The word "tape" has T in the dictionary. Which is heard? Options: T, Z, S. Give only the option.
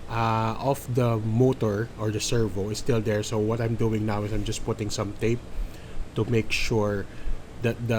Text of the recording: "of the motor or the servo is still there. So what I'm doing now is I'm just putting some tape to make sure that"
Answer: T